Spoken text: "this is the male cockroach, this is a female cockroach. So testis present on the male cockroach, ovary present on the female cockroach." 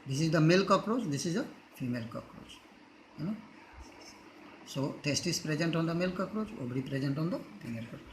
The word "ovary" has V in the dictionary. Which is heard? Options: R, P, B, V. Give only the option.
B